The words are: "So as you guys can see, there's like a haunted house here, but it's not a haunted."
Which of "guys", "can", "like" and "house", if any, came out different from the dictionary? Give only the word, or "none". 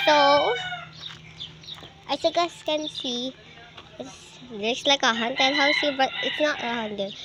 guys